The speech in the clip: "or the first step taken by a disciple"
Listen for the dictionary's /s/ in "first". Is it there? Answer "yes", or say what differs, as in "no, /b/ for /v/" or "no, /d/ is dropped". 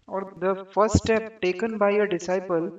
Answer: no, /s/ is dropped